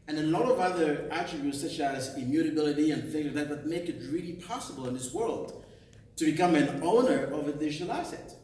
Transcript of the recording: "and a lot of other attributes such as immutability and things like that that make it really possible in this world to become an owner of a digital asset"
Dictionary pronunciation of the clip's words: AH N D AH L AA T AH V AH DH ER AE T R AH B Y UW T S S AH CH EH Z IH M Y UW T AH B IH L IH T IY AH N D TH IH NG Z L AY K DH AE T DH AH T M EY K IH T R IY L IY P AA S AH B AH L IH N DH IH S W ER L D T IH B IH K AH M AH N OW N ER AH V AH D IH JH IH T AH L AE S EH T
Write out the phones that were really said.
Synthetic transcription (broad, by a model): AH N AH L AA T AH V AH DH ER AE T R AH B Y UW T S S AH CH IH Z IH M Y UW T AH B IH L IH T IY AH N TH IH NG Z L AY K DH AE T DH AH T M EY K IH T R IY L IY P AA S AH B AH L IH N DH IH S W ER L D T IH B IH K AH M AH N OW N ER AH V AH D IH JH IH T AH L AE S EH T